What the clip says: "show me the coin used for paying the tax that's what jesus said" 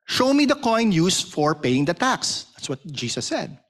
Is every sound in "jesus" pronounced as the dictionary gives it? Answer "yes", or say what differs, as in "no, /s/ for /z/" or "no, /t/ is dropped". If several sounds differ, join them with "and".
no, /s/ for /z/